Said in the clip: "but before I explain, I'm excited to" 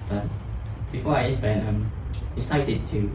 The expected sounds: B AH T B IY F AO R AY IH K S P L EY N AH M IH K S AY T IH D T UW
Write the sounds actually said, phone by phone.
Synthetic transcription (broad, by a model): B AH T B IY F AO R AY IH S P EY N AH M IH S AY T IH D T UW